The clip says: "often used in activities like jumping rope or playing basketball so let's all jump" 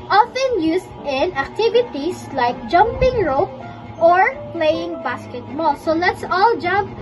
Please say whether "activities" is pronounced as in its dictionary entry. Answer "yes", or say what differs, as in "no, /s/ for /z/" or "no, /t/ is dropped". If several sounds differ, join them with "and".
no, /s/ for /z/